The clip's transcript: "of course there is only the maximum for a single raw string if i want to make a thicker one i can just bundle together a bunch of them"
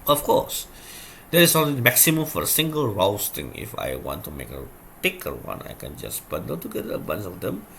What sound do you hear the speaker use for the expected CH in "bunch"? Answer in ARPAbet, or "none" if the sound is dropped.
S